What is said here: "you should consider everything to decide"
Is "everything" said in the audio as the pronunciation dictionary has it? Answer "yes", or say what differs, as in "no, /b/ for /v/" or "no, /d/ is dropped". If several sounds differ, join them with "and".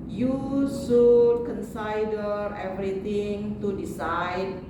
no, /t/ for /θ/